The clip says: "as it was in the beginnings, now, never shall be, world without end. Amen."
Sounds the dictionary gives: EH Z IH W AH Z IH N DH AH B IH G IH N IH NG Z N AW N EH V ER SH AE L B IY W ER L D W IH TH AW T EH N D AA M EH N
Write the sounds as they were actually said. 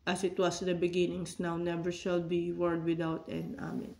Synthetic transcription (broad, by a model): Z IH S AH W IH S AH B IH G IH N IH NG S N AW N EH V ER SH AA L B IY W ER D W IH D AW T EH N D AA M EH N